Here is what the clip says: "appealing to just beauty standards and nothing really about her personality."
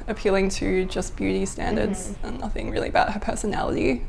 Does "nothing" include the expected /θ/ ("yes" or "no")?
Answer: yes